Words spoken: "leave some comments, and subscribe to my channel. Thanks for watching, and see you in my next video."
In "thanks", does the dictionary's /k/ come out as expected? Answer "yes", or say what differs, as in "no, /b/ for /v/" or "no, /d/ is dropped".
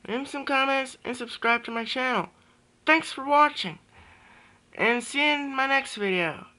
yes